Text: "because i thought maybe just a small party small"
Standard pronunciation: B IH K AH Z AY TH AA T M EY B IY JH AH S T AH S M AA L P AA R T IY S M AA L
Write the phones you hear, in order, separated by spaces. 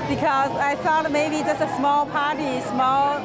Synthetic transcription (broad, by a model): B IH K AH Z AY F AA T M EY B IY JH AH S T AH S M AA L P AA R T IY S M AA L